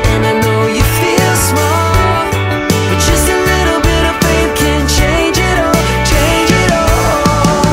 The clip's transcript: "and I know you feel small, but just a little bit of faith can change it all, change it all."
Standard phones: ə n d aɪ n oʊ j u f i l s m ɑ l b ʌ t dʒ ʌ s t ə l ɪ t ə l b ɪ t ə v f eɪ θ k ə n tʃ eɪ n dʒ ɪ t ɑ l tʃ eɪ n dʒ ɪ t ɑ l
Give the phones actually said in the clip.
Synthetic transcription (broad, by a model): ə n aɪ n oʊ j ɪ f i l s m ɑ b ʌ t dʒ ʌ s t ə l ɪ t l b ɪ t ə v p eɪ k ə n tʃ eɪ n dʒ ɪ t ɑ l tʃ eɪ n dʒ ɪ t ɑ l